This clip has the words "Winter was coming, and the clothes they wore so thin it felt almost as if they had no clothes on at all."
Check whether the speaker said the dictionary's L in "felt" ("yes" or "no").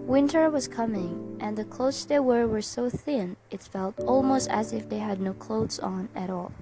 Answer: yes